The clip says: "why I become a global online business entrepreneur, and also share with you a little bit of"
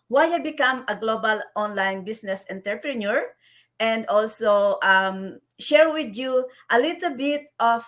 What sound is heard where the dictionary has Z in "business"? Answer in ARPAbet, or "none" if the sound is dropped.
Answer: S